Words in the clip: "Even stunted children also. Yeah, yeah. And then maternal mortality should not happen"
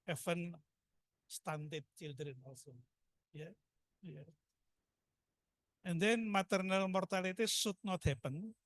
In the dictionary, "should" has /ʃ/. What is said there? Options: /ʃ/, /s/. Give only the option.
/s/